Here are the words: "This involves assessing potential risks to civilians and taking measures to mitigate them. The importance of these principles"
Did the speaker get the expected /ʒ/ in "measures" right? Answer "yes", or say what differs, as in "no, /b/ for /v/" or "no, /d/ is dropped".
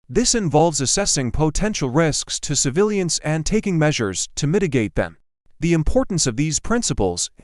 yes